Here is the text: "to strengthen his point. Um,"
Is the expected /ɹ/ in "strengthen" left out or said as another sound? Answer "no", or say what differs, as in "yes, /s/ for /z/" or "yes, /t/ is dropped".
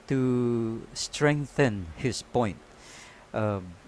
no